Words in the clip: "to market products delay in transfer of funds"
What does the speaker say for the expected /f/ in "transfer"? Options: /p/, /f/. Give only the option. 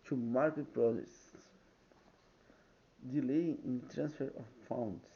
/f/